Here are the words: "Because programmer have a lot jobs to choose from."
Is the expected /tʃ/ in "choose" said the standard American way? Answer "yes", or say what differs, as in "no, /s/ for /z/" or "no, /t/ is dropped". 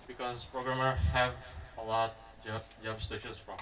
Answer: no, /ʃ/ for /tʃ/